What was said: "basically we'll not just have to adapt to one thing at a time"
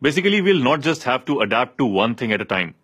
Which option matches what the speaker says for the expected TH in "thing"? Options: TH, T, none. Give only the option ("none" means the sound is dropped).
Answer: T